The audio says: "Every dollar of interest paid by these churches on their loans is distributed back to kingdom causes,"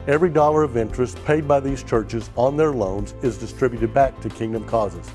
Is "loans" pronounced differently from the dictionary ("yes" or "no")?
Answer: no